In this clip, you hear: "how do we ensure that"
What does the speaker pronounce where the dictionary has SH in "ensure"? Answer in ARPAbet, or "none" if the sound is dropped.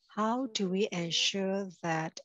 SH